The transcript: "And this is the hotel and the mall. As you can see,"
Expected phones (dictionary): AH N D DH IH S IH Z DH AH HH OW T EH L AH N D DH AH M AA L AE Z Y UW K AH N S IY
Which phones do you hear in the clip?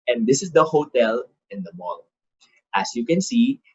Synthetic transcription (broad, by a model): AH N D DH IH S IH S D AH HH OW T EH L AH N D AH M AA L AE S Y UW K AH N S IY